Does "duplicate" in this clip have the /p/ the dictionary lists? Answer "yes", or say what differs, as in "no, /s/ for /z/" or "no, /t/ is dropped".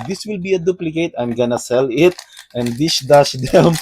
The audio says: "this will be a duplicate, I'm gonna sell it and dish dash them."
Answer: yes